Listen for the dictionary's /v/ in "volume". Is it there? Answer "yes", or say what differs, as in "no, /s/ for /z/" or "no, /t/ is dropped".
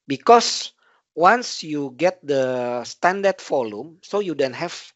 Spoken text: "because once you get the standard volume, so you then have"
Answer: no, /f/ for /v/